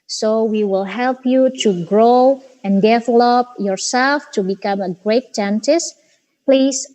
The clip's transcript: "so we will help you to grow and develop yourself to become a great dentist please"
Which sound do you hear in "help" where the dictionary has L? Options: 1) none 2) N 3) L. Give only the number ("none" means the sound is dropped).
3